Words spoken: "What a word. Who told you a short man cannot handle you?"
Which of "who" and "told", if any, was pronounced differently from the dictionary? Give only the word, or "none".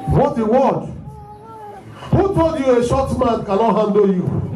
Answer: told